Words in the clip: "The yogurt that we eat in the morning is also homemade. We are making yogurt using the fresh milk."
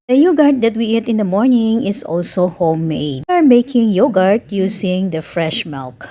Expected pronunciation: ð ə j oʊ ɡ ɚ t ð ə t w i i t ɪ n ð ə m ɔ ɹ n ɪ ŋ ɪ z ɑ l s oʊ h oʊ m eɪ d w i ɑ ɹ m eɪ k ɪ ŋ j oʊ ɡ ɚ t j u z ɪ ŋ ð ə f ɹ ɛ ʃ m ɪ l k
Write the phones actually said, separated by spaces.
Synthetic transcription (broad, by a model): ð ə j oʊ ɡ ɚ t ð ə t w i i t ɪ n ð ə m ɔ ɹ n ɪ ŋ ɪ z ɑ l s oʊ h oʊ m eɪ d ɑ ɹ m eɪ k ɪ ŋ j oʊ ɡ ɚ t j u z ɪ ŋ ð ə f ɹ ɛ ʃ m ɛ l k